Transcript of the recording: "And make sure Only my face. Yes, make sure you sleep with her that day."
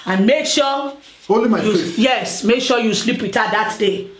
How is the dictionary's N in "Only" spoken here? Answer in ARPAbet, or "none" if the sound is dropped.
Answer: none